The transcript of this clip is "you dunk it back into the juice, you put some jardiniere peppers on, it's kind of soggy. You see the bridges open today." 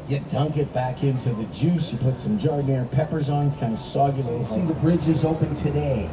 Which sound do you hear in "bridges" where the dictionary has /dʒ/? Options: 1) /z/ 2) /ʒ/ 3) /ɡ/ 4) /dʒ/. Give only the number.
4